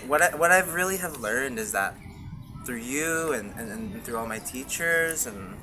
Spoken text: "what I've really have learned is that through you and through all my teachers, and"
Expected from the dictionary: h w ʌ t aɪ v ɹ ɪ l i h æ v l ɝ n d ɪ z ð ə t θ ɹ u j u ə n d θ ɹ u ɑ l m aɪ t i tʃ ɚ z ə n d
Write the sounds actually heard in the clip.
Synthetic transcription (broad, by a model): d w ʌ t aɪ v ɹ ɪ l i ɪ v l ɝ n d ɪ z ð ə t θ ɹ u j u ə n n θ ɹ u ɑ l m aɪ t i tʃ ɚ z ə n